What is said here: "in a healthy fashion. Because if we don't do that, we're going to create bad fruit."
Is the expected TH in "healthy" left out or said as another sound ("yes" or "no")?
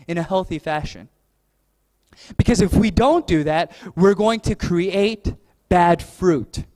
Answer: no